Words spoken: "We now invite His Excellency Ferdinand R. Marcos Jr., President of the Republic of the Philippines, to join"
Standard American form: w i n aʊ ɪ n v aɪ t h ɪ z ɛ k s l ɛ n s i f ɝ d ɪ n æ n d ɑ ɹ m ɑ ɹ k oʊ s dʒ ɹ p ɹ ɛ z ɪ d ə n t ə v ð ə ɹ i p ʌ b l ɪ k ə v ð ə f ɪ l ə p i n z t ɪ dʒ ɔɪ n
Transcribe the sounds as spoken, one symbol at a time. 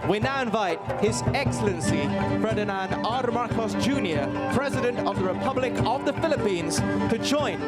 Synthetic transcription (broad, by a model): w i n aʊ ɪ n v aɪ t h ɪ z ɛ k s l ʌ n s i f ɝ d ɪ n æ n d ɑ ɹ m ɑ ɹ k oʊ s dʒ ɹ p ɹ ɛ z ɪ d ə n t ə v ð ə ɹ i p ʌ b l ɪ k ə v ð ə f ɪ l ə p i n z t ɪ dʒ ɔɪ n